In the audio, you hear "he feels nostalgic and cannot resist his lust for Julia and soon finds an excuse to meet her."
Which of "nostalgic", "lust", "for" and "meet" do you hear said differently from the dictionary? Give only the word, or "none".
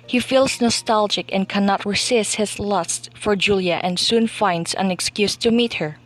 none